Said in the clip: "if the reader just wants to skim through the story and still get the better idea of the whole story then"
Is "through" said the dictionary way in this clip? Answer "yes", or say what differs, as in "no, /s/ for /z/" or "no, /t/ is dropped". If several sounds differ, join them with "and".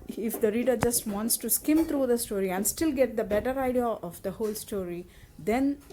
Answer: no, /t/ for /θ/